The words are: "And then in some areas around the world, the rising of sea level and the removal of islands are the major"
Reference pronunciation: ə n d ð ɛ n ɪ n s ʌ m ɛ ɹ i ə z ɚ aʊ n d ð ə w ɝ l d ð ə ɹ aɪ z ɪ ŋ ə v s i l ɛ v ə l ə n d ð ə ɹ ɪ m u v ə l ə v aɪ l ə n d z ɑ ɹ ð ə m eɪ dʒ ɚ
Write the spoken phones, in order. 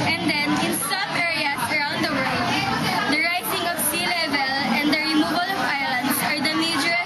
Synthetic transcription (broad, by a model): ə n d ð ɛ n ɪ n s ʌ m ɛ ɹ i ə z ɚ aʊ n d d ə w ɝ l d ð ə ɹ aɪ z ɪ ŋ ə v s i l ɛ v ə l ə n d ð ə ɹ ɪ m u b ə l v aɪ l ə n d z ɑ ɹ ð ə m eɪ dʒ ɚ